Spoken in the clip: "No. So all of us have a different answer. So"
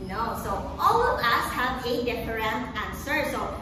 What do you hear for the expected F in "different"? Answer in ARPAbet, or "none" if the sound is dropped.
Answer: P